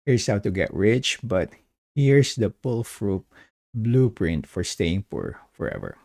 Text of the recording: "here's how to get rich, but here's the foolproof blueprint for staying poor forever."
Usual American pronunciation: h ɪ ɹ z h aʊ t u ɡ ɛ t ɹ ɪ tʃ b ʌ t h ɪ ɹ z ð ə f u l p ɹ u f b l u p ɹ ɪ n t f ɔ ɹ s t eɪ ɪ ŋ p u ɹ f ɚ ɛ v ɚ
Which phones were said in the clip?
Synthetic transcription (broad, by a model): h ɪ ɹ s h aʊ t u ɡ ɛ t ɹ ɪ tʃ b ʌ t h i ɹ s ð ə p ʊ l f ɹ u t b l u p ɹ ɪ n t f ɔ ɹ s t eɪ ɪ ŋ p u ɹ f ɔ ɛ v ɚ